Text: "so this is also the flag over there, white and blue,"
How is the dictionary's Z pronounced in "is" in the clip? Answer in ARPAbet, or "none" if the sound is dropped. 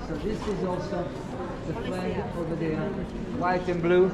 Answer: Z